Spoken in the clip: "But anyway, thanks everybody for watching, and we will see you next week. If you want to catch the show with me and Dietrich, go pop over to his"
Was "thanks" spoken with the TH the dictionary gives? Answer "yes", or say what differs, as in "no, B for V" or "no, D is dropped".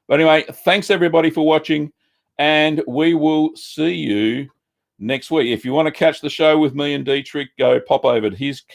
yes